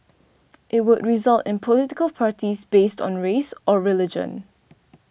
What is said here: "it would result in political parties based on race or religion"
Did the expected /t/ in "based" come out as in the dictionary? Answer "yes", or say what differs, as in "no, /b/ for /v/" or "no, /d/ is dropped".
yes